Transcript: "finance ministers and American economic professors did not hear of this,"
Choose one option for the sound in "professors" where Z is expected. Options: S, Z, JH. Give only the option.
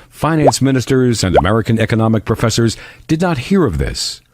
Z